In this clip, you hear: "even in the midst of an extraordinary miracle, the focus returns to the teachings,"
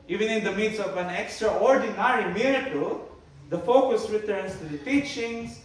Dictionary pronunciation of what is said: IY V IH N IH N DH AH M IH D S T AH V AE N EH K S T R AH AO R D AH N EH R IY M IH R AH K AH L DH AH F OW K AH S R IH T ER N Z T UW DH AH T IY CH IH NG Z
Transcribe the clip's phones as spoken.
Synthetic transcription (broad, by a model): IY V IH N IH N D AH M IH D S AH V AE N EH K S T R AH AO R D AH N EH R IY M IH R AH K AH L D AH F OW K AH S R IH T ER N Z T UW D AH T IY CH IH NG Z